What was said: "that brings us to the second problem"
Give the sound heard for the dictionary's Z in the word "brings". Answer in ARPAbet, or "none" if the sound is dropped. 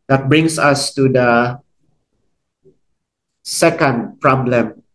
S